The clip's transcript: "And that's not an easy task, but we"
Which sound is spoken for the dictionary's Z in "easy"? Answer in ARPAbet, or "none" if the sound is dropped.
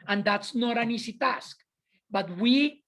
S